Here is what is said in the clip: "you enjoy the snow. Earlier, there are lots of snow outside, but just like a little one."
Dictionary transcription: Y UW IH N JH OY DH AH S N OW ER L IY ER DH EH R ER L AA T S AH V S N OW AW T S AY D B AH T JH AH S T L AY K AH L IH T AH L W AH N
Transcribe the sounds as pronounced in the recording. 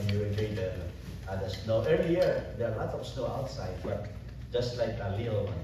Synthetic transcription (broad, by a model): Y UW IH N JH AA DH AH S N OW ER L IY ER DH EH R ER L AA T AH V S N OW AW T S AY D B AH T JH AH S T L AY K AH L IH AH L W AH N